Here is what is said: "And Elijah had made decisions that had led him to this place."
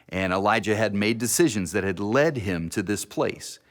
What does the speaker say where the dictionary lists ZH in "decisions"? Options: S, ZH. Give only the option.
ZH